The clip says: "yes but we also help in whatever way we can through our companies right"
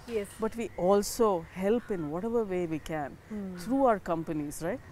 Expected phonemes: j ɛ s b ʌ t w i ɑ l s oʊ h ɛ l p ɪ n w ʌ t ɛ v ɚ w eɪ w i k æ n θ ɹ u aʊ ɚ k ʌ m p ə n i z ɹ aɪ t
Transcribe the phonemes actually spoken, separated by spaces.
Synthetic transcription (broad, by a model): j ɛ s b ʌ t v i ɑ l s oʊ h ɛ l p ɪ n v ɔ t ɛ v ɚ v eɪ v i k æ n t ɹ u aʊ ɚ k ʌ m p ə n i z ɹ aɪ t